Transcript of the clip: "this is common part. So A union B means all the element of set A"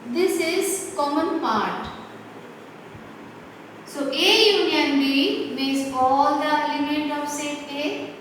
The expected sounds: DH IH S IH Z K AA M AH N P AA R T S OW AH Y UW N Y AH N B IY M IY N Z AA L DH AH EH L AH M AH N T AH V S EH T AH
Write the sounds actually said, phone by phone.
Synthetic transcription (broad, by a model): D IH S IH Z K AA M AH N P AA R T S OW AH Y UW N Y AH N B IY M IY Z AA L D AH L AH M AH T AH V S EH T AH